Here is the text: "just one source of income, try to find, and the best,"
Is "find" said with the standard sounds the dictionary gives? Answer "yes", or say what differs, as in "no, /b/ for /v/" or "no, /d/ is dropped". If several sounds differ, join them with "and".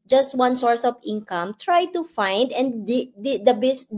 yes